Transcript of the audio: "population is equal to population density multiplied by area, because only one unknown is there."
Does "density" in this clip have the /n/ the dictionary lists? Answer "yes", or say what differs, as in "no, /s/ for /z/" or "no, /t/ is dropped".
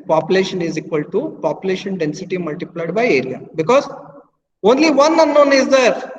yes